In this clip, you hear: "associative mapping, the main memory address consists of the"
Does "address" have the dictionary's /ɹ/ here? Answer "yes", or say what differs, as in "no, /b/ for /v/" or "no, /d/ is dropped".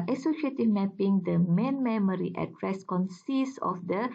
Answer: yes